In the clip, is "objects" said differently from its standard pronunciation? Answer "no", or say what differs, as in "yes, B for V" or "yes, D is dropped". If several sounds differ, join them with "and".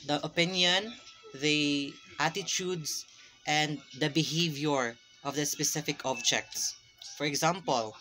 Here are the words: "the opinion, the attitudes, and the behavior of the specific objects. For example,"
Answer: no